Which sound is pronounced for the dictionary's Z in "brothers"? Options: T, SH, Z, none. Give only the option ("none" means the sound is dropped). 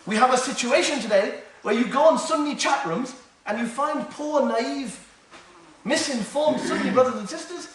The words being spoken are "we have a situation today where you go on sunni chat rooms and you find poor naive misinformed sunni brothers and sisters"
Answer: Z